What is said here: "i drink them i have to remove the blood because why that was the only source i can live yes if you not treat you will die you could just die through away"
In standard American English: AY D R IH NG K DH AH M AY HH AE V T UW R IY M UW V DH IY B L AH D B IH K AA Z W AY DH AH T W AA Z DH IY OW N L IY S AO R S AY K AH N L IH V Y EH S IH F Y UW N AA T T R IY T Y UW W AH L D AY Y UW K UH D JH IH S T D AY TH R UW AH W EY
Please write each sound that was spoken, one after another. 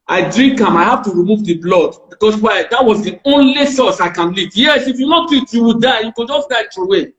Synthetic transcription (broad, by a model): AY D R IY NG K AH M AY HH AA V T UW R IY M UW V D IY B L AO D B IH K AA S W AY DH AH T W AA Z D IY OW N L IY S AO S AY K AH N L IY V Y EH S IH F Y UW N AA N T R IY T Y UW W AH D AY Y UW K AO JH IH S D AY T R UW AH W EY